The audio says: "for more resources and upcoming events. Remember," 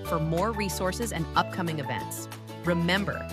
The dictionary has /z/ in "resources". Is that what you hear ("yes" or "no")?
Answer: yes